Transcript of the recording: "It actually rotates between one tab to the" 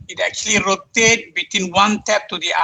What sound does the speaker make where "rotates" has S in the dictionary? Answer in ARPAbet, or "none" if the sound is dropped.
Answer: none